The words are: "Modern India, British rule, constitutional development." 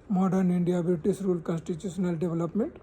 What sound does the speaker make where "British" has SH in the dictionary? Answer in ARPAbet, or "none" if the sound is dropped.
S